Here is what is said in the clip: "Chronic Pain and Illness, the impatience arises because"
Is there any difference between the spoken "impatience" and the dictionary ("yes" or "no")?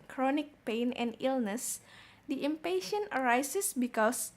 yes